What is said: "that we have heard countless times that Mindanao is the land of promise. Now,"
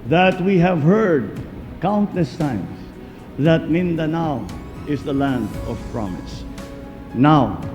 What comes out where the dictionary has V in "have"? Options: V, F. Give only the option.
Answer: V